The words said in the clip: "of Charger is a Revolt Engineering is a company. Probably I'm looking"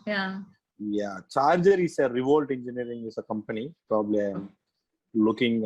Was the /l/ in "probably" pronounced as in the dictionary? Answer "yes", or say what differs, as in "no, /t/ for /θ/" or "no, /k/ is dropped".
yes